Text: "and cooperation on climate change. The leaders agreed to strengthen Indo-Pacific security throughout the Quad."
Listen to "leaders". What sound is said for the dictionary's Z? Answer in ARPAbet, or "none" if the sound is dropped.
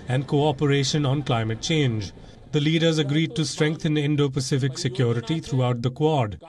Z